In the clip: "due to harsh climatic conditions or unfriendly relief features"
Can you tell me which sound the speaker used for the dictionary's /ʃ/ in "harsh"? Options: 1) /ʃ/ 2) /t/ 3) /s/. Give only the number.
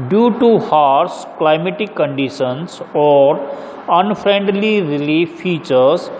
3